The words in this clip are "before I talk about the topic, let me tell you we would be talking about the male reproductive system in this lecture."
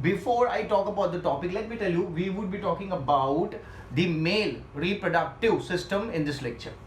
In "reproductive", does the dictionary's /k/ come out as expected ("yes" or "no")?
yes